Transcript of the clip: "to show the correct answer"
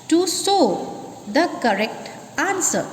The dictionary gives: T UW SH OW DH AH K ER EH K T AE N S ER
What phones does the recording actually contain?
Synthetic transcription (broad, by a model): T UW S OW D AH K ER EH K T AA N S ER